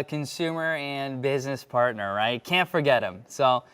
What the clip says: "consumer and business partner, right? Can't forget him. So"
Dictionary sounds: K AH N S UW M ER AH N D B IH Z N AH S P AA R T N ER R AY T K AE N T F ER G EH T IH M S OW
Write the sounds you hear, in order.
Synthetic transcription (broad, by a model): K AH N S UW M ER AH N B IH Z N AH S P AA R T N ER R AY T K AE N T F ER G EH T IH M S OW